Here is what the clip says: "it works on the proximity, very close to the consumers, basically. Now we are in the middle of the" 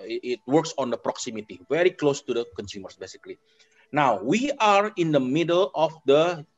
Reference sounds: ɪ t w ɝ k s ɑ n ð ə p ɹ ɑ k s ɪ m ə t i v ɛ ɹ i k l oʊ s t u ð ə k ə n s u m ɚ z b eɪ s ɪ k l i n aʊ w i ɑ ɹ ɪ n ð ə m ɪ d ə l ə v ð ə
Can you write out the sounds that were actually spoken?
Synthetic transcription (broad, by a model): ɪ t w ɝ k s ɑ n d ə p ɹ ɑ k s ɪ m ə t i v ɛ ɹ i k l oʊ s t u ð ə k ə n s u m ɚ s b eɪ s ɪ k l i n aʊ w i ɑ ɹ ɪ n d ə m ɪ d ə l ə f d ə